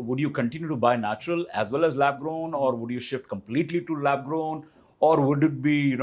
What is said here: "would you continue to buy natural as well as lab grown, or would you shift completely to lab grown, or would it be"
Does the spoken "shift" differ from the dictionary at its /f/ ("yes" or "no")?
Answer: no